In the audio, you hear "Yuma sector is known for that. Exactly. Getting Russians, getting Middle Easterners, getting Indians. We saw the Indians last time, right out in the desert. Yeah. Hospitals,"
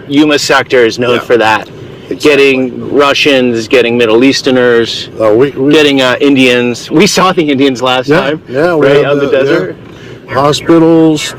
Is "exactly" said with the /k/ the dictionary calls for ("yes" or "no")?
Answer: no